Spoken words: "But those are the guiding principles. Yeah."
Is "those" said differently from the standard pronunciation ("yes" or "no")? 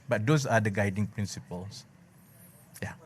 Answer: yes